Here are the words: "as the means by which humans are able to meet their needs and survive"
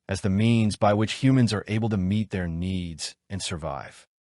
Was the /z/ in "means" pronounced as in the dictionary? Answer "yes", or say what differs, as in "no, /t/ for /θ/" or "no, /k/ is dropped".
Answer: yes